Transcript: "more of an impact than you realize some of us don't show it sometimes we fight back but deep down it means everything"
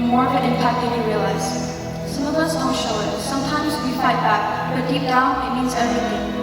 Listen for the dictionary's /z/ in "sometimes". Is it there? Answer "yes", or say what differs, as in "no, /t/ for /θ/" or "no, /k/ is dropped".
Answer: yes